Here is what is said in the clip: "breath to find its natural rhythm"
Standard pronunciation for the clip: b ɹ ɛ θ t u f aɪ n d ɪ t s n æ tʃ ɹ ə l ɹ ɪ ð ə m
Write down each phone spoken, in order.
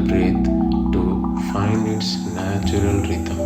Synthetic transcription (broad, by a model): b ɹ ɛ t t u f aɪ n ɪ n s n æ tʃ ɹ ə l ɹ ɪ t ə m